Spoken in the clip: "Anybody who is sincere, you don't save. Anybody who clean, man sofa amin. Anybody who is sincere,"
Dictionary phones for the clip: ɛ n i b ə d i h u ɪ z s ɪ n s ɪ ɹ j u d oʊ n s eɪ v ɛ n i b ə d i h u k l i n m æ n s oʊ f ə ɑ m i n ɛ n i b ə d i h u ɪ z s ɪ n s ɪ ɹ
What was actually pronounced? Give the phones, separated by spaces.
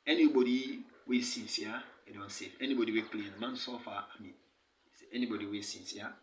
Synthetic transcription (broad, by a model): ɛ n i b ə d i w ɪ s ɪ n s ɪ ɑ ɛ d oʊ n s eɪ f ɛ n i b ə d i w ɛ k l i n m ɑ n s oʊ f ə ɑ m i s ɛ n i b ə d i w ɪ s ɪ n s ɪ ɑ